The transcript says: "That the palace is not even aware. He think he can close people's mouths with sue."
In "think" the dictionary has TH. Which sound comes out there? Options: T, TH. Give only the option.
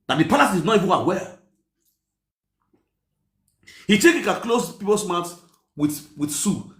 T